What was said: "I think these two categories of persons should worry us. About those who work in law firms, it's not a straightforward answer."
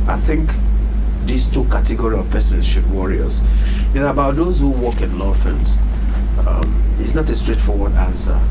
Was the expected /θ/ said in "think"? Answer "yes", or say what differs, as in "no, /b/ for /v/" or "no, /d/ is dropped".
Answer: yes